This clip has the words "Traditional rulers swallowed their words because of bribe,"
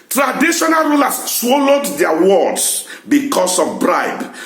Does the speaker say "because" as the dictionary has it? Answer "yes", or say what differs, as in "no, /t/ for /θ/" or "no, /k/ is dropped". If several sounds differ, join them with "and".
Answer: no, /s/ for /z/